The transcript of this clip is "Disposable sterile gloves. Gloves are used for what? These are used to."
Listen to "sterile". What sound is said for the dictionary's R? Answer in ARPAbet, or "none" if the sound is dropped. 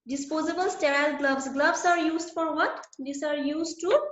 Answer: R